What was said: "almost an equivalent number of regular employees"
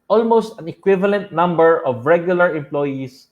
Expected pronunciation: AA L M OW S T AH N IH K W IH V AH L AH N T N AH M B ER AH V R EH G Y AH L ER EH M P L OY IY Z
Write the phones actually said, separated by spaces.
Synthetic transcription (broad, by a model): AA L M OW S T AH N IH K W IH V AH L AH N T N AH M B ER AH V R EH G Y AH L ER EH M P L OY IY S